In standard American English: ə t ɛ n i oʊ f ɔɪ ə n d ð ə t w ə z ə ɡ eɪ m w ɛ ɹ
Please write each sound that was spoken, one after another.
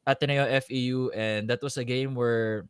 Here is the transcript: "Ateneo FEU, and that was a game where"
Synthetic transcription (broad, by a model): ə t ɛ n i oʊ f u ə n d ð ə t w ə s ə ɡ eɪ m w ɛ ɹ